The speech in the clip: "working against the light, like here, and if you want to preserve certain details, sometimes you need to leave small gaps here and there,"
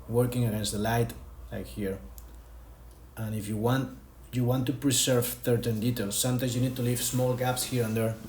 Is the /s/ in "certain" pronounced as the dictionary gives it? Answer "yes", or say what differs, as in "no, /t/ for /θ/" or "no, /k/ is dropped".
no, /θ/ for /s/